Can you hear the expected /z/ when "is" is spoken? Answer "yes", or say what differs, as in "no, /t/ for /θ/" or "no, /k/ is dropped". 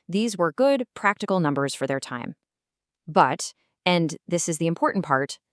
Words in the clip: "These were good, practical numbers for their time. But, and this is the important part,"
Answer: yes